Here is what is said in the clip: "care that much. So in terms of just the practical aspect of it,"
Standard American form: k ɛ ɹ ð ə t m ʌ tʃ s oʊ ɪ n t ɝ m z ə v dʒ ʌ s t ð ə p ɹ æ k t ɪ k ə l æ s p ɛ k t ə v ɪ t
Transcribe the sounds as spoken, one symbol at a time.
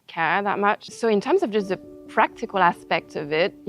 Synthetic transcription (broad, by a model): k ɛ ð ə t m ʌ tʃ s oʊ ɪ n t ɝ m z ə v dʒ ʌ s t ð ə p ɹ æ k t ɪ k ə l æ s p ɛ k t ə v ɪ t